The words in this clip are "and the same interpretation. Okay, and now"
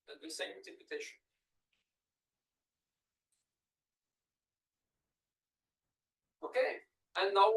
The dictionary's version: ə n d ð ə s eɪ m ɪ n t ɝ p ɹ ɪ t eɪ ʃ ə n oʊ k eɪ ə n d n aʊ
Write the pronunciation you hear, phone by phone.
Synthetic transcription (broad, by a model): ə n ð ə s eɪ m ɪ t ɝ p ɪ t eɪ ʃ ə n oʊ k eɪ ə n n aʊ